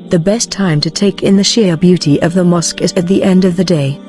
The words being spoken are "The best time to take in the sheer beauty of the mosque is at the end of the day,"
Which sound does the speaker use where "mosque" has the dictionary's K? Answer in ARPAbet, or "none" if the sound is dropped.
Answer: K